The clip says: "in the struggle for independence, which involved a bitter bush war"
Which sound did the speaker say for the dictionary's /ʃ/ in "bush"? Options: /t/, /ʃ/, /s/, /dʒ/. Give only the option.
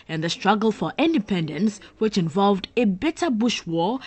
/ʃ/